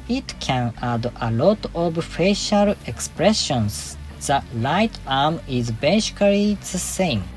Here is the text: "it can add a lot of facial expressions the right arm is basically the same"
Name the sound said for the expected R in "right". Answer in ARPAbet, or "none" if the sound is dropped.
L